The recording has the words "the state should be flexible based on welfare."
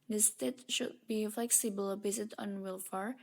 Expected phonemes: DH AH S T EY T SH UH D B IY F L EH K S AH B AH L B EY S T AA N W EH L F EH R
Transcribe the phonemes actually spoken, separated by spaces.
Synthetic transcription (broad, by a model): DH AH S T EY T SH UH D B IY F L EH K S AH B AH L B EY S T AA N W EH L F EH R